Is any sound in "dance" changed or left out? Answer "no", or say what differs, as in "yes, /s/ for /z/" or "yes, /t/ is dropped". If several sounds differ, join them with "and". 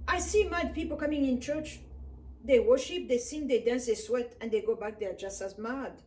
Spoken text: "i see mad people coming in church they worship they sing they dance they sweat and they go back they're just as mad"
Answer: no